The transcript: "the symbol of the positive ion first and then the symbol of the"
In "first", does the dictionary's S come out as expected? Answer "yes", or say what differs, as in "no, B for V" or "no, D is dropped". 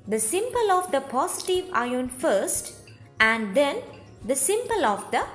yes